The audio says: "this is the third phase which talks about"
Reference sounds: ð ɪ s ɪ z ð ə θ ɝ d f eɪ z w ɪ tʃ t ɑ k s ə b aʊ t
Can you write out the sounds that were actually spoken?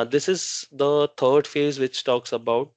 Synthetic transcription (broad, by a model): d ɪ s ɪ z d ə t ɝ d f eɪ z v ɪ tʃ t ɑ k s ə b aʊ t